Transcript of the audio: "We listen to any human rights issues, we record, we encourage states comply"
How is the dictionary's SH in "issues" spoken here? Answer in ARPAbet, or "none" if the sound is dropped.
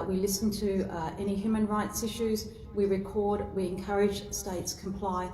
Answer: SH